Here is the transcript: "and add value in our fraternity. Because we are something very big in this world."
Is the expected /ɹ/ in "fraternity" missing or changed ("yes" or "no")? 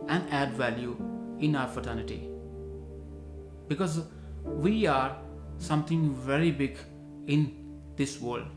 yes